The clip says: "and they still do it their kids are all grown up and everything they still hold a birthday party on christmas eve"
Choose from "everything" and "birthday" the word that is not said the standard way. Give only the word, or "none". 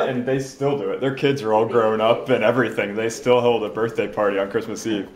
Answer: none